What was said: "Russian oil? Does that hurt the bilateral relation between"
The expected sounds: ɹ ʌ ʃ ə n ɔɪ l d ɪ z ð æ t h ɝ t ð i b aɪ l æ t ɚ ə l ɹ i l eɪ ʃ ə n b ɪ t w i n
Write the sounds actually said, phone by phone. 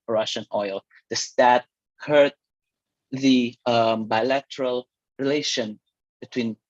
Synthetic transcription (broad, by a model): ɹ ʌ ʃ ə n ɔɪ l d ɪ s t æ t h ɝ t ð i b aɪ l æ t ɚ ə l ɹ i l eɪ ʃ ə n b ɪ t w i n